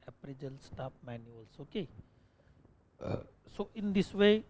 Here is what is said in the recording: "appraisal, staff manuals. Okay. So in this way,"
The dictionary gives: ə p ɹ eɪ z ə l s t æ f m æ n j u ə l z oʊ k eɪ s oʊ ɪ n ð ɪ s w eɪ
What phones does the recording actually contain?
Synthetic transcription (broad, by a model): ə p ɹ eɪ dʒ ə l s t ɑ p m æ n j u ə l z oʊ k eɪ s oʊ ɪ n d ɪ s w eɪ